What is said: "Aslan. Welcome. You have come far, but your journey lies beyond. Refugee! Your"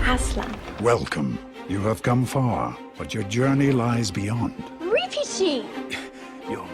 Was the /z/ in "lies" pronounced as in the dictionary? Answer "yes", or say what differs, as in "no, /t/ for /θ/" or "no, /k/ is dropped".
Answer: yes